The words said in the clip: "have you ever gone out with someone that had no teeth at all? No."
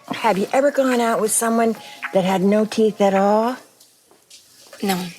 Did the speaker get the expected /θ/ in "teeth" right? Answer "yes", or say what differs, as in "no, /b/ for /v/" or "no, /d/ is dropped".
yes